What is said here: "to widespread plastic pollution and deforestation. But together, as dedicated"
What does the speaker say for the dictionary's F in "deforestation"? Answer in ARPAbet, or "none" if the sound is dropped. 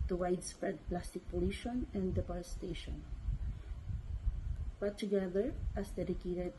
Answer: P